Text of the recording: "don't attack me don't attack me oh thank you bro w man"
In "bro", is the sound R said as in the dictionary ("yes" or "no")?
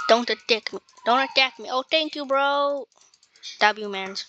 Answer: yes